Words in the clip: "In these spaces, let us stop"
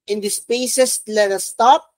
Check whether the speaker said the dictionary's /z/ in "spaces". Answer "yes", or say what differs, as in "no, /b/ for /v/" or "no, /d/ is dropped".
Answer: no, /s/ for /z/